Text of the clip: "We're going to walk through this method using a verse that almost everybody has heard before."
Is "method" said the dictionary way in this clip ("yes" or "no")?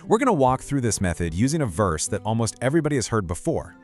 yes